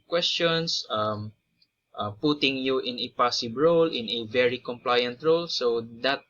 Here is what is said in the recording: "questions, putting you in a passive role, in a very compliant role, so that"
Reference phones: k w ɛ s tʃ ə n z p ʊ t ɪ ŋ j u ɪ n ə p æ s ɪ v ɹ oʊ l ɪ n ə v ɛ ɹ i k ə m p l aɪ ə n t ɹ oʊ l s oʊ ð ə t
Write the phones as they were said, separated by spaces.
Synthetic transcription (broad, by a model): k w ɛ s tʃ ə n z p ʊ t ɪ ŋ j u ɪ n ə p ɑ s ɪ b ɹ oʊ l ɪ n ə v ɛ ɹ i k ə m p l aɪ ə n t ɹ oʊ l s oʊ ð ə t